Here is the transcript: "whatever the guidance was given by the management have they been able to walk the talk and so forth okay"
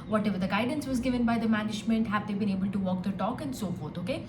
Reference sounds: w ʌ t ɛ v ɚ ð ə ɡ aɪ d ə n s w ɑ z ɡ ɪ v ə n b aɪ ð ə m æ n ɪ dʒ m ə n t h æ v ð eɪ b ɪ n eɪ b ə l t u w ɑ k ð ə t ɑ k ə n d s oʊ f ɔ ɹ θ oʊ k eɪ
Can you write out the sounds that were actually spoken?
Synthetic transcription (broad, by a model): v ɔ t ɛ v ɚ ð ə ɡ aɪ d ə n s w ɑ z ɡ ɪ v ə n b aɪ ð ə m æ n ɪ dʒ m ə n t h æ v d eɪ b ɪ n eɪ b ə l t u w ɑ k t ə t ɑ k ə n d s oʊ f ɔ ɹ t oʊ k eɪ